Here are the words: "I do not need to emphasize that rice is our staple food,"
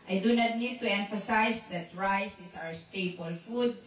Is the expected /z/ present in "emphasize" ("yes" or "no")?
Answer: no